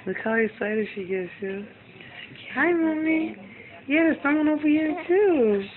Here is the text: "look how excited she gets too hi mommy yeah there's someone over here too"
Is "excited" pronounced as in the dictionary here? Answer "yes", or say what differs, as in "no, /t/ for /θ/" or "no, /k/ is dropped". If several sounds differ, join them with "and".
no, /k/ is dropped